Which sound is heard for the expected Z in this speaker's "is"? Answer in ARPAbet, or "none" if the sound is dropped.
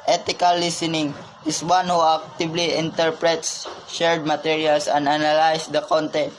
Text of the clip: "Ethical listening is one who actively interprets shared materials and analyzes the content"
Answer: S